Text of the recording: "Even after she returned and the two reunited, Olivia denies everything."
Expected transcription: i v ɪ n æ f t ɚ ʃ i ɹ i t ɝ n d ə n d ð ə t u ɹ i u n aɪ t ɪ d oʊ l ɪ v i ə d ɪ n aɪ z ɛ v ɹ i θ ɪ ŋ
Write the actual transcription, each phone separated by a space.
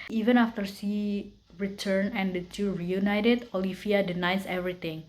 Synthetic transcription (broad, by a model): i v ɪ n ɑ f t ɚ s i ɹ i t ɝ n ə n d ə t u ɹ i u n aɪ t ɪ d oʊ l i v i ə d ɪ n aɪ s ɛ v ɹ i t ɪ ŋ